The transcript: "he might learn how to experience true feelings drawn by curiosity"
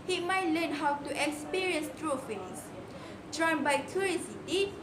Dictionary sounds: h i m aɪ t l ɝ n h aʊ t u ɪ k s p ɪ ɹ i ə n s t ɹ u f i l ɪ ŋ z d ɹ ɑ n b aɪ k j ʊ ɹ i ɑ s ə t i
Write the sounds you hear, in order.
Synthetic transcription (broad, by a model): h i m aɪ t l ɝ n h aʊ t u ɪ k s p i ɹ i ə n s t ɹ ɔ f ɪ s d ɹ ɑ n b aɪ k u ɹ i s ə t